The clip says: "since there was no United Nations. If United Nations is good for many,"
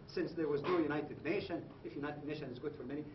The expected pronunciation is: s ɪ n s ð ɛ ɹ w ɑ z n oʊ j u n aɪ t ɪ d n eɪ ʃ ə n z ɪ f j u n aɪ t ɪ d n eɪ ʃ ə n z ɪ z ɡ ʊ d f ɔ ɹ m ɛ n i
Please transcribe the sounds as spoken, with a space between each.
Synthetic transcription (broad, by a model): s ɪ n s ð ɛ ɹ w ɑ z n oʊ j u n aɪ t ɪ d n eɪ ʃ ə n ɪ f j u n aɪ t ɪ d n eɪ ʃ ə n ɪ z ɡ ʊ d f ɔ ɹ m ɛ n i